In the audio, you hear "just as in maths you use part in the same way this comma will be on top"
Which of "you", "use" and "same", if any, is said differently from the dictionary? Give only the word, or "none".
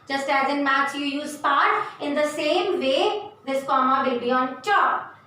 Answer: none